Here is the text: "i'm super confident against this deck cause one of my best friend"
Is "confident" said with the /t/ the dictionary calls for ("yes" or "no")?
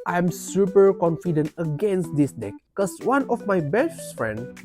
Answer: yes